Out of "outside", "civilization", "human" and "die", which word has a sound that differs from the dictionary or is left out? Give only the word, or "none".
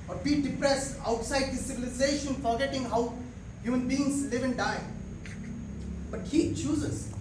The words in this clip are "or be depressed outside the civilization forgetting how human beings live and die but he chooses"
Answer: none